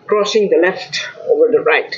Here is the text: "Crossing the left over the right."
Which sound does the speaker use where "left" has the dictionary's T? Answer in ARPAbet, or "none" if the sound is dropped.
T